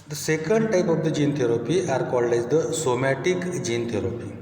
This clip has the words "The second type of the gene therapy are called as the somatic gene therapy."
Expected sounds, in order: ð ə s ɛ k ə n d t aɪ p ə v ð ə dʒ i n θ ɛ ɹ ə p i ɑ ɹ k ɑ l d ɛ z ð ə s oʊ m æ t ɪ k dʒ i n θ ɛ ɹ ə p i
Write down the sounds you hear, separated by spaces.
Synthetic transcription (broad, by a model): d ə s ɛ k ə n d t aɪ p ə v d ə dʒ i n t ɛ ɹ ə p i ɑ ɹ k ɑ l ɛ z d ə s oʊ m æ t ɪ k dʒ i n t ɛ ɹ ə p i